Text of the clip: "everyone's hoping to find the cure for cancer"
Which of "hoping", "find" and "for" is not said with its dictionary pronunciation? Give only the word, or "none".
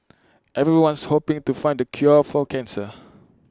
for